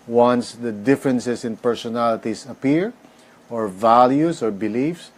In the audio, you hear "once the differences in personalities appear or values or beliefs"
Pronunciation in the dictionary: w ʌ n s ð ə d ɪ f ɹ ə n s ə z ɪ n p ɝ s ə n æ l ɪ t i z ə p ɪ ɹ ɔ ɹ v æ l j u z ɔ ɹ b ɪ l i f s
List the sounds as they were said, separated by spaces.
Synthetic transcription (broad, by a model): w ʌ n s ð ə d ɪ f ɹ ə n s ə s ɪ n p ɝ s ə n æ l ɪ t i s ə p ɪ ɹ ɔ ɹ v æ l j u s ɔ ɹ b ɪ l i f s